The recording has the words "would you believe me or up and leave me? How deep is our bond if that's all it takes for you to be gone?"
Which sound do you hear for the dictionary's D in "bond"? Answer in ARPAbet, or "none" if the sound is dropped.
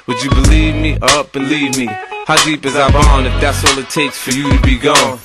none